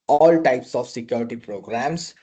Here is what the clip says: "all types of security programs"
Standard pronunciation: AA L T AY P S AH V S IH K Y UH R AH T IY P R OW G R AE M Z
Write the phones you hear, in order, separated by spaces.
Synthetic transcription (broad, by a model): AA L T AY P S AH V S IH K Y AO R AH T IY P R OW G R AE M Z